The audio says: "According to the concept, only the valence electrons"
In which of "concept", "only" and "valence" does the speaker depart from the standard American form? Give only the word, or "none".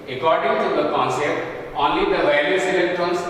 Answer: valence